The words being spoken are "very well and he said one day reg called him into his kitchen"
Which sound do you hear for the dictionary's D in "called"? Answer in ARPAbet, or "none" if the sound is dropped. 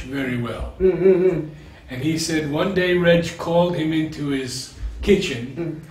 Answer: D